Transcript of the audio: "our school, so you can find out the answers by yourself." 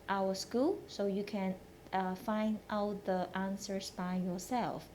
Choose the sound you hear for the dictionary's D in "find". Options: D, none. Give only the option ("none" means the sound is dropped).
D